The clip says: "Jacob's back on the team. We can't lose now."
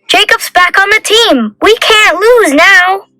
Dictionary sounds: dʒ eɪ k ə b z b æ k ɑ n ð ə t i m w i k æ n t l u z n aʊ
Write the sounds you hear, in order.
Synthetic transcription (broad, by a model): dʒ eɪ k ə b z b æ k n ð ə t i m w i k æ n t l u z n aʊ